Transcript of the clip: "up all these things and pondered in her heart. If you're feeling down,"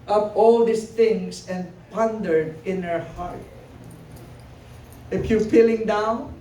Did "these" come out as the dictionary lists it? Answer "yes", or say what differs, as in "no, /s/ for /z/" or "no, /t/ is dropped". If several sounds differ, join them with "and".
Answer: no, /s/ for /z/